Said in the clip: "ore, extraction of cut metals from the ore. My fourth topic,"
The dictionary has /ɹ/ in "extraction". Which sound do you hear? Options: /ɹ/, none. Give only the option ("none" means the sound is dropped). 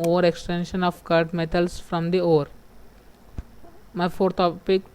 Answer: none